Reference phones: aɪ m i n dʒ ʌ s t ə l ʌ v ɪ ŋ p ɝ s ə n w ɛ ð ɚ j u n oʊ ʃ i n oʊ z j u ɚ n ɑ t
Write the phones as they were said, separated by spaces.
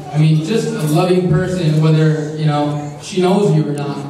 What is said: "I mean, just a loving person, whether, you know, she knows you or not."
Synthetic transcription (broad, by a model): aɪ m i n dʒ ʌ s t ə l ʌ v ɪ ŋ p ɝ s ə n w ɛ ð ɚ j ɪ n oʊ ʃ i n oʊ z j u ɚ n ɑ t